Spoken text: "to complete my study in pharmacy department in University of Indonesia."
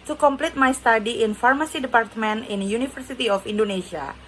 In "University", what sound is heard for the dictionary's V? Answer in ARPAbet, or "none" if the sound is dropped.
F